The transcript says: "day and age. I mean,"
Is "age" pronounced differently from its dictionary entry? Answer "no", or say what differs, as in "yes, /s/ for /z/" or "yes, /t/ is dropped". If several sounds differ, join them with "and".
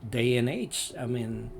yes, /tʃ/ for /dʒ/